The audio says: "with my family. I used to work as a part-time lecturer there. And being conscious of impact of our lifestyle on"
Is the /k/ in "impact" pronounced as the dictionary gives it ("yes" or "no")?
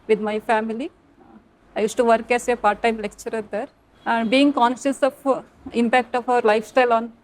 yes